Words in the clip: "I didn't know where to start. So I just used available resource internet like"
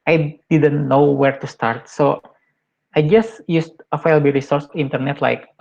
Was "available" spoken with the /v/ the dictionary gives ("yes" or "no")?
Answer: no